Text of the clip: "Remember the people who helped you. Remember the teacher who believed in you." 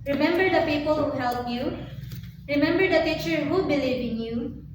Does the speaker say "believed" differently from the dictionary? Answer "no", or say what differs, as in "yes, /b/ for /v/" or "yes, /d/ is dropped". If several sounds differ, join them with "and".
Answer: yes, /d/ is dropped